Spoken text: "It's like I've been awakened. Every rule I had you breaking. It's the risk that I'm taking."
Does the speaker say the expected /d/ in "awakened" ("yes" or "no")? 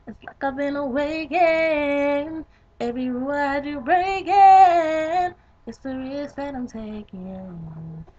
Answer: no